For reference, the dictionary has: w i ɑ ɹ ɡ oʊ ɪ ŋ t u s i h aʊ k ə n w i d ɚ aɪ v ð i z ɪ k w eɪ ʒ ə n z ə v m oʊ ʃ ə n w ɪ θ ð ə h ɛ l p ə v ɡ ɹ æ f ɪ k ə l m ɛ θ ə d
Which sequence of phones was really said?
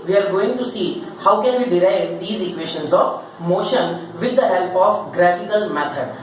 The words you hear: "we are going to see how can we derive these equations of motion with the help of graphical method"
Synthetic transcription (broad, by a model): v i ɑ ɹ ɡ oʊ ɪ ŋ t u s i h aʊ k ə n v i d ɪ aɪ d i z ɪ k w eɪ ʃ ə n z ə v m oʊ ʃ ə n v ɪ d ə h ɛ l p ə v ɡ ɹ æ f ɪ k ə l m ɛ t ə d